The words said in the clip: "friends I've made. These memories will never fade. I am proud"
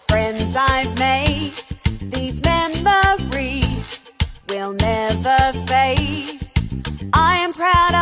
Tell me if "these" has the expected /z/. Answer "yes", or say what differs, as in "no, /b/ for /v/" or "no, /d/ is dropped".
yes